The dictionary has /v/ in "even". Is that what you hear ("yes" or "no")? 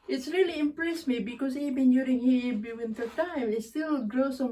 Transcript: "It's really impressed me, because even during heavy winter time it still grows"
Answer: no